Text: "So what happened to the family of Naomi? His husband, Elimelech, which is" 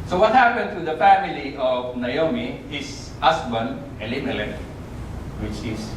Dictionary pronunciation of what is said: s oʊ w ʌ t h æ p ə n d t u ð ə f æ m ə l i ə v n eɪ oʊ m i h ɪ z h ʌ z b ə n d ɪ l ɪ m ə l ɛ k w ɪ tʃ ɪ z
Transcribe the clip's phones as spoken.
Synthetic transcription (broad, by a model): s oʊ w ʌ t h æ p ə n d t u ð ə f æ m ə l i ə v n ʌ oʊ m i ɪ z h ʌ s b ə n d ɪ l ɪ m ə l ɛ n w ɪ tʃ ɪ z